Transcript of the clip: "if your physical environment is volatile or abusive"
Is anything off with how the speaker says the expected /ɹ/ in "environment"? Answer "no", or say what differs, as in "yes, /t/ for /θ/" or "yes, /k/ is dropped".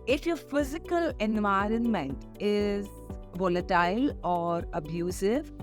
no